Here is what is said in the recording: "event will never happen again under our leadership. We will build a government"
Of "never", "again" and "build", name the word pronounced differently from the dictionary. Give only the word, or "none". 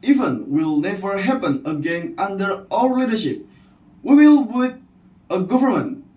build